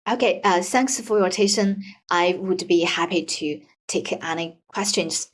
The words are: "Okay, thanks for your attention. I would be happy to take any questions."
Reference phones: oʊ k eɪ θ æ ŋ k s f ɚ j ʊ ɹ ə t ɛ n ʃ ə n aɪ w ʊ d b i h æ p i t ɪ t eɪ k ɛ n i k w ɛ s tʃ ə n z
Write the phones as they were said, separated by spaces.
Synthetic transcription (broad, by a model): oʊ k eɪ θ æ ŋ k s f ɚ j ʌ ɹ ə t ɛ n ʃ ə n aɪ w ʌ d b i h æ p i t ɪ t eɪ k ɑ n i k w ɛ s tʃ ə n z